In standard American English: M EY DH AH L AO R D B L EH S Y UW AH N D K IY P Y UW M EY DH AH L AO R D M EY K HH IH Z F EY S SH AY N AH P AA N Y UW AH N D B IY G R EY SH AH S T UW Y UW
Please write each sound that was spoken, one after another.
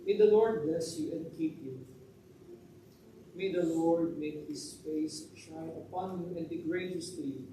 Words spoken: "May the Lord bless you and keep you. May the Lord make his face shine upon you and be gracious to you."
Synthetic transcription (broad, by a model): M EY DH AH L AO R D B L EH S Y UW AH N D K IY P Y UW M EY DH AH L AO R D M EY K HH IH S F EY S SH AY AH P AA N Y UW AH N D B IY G R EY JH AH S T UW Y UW